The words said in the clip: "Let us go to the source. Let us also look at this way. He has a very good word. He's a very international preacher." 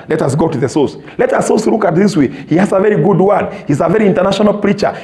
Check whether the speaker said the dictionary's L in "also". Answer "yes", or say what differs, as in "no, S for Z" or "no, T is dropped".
no, L is dropped